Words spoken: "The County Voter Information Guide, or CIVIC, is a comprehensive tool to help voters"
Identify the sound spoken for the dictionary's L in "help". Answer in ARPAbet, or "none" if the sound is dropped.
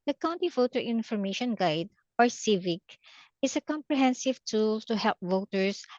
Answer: L